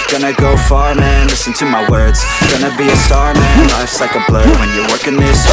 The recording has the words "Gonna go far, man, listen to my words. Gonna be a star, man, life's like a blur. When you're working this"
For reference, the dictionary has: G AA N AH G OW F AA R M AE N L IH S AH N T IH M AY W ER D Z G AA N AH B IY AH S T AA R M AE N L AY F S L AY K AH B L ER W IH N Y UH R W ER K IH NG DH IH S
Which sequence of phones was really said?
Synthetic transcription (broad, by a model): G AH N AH G OW F AA R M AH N L IH S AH N T IH M AY W ER D Z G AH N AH B IY AH S T AA R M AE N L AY S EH K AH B L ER W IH N Y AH R W ER K IH NG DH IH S